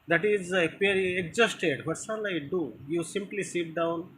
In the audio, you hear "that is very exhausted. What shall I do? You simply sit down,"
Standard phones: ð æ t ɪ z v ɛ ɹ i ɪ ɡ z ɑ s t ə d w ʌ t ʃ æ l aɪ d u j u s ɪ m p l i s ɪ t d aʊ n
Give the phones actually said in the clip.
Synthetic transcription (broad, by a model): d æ t ɪ z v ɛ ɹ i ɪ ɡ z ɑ s t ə d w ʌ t s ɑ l aɪ d u j u s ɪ m p l i s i t d aʊ n